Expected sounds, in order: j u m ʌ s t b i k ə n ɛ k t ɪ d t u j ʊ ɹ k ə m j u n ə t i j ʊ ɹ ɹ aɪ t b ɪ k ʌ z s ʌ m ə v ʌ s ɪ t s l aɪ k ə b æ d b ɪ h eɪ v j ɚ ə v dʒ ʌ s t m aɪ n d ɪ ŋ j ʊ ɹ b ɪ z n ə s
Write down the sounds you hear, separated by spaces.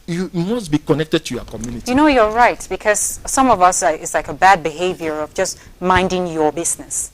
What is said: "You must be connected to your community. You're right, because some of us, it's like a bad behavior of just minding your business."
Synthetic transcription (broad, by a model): j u m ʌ s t b i k ə n ɛ k t ɪ d t u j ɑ k ə m j u n ə t i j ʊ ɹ ɹ aɪ t b ɪ k ʌ z s ʌ m ə v ʌ s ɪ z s l aɪ k ə b æ d b ɪ h eɪ v j ɚ ə v dʒ ʌ s t m aɪ n d ɪ ŋ j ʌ ɹ b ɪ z n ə s